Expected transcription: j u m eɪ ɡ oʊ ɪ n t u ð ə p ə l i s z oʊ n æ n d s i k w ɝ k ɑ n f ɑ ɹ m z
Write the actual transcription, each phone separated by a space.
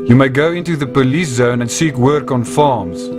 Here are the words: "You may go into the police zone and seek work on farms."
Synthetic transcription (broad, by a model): j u m eɪ ɡ oʊ ɪ n t u ð ə p ə l i s z oʊ n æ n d s i k w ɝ k ɑ n f ɑ m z